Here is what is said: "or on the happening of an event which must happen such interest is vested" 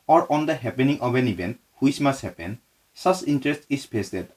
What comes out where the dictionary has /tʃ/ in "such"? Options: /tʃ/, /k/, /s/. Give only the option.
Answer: /s/